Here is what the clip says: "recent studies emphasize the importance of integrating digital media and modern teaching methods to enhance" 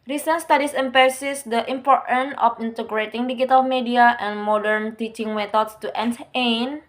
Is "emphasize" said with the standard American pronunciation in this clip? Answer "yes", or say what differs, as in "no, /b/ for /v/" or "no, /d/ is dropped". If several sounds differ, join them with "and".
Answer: no, /p/ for /f/